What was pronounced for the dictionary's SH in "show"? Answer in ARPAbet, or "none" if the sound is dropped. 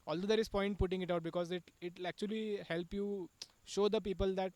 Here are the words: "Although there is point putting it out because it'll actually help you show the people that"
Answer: SH